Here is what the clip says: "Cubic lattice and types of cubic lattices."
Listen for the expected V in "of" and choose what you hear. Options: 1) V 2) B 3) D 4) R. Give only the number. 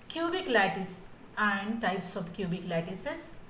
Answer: 2